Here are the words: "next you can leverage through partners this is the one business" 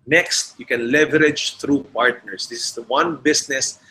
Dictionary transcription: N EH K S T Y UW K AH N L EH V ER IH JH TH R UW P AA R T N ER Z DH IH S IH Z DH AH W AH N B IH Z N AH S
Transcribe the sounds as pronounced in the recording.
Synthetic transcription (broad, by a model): N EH K S T Y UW K AH N L EH V ER IH JH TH R UW P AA R T N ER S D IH S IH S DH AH W AH N B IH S N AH S